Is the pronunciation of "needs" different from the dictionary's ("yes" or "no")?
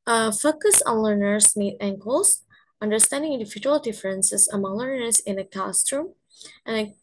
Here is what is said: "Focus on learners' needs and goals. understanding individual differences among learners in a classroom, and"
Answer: yes